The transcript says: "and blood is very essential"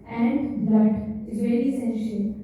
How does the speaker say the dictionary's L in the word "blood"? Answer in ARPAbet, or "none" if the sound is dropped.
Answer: none